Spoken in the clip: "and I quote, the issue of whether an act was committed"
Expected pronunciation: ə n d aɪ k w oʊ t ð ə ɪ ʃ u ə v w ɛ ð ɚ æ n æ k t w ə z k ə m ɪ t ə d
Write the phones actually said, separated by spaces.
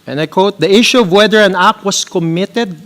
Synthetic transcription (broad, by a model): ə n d aɪ k w oʊ t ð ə ɪ ʃ u ə v w ɛ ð ɚ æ n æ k w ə s k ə m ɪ t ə d